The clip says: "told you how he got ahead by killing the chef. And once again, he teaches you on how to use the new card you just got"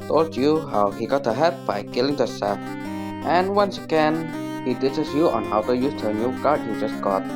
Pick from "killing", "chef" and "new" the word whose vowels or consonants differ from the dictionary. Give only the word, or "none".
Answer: chef